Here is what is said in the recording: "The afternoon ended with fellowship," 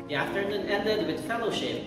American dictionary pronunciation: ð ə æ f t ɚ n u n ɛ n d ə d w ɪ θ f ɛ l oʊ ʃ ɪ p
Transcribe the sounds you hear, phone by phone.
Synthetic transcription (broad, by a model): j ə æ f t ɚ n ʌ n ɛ d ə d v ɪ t f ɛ l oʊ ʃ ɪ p